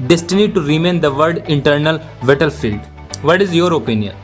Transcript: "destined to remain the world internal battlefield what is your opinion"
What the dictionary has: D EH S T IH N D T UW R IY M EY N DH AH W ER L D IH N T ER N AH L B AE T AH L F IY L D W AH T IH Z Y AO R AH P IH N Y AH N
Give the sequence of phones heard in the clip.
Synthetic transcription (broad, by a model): D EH S T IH N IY T UW R IY M EY N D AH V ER D IH N T ER N AH L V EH T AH L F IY L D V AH T IH Z Y AO R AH P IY N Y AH N